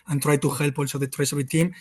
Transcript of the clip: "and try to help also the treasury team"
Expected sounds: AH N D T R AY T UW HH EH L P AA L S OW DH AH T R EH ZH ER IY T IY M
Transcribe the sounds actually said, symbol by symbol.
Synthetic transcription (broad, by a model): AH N T R AY T UW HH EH L P AA L S OW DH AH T R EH S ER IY T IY M